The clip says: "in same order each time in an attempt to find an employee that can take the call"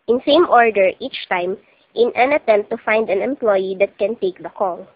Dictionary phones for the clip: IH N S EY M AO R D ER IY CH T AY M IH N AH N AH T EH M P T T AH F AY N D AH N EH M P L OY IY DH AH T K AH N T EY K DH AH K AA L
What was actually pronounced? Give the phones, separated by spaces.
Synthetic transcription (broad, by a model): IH N S EY M AO R D ER IY CH T AY M IH N AH N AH T EH M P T T AH F AY N D AH N EH M P L OY IY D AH T K AH N T EY K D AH K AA L